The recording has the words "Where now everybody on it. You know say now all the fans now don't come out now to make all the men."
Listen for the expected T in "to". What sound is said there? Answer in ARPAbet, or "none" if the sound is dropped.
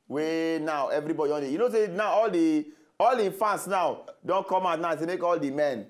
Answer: S